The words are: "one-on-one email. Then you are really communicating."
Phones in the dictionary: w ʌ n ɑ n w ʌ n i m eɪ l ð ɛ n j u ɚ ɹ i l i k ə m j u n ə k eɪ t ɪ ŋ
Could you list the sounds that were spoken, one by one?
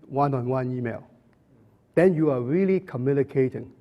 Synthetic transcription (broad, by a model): w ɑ n ɑ n w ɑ n i m eɪ l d ɛ n j u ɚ ɹ i l i k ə m j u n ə k eɪ t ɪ ŋ